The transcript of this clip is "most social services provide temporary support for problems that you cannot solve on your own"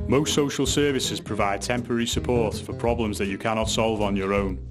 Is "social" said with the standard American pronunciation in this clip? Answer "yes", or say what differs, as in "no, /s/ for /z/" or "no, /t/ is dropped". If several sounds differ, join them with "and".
yes